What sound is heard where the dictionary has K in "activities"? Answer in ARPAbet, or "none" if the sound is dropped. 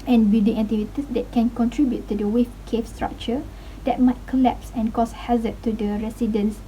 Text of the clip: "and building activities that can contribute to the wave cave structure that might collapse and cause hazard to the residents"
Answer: none